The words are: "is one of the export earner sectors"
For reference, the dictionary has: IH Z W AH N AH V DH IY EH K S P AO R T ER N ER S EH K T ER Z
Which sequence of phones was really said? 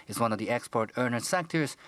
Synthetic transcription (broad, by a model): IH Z W AH N AH V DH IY EH K S P AO R T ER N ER S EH K T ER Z